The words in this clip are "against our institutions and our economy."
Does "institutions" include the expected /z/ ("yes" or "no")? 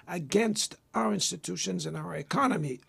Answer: yes